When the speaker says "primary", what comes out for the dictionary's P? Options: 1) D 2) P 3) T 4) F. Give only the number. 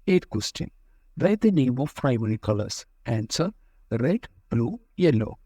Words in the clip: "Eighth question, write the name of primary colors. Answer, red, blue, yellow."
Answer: 4